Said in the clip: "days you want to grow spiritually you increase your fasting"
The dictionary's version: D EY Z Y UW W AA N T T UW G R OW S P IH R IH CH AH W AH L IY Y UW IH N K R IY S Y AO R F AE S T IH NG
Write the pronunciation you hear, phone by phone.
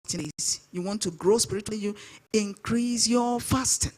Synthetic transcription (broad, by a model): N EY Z Y UW W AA N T T UW G R OW S P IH R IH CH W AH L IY Y UW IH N K R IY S Y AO F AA S T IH